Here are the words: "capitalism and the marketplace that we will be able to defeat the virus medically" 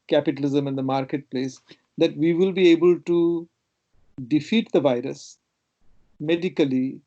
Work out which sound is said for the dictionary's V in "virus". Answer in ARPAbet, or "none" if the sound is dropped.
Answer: V